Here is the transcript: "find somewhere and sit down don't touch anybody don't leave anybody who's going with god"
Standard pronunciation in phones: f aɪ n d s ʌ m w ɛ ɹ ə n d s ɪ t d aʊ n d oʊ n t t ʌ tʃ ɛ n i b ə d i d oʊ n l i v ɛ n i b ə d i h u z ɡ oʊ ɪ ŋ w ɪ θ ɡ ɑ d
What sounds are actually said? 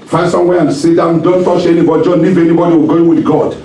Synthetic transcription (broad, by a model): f aɪ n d s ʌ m w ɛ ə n s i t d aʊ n d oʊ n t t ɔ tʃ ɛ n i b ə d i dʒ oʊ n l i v ɛ n i b ə d i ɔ ɡ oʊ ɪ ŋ w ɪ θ ɡ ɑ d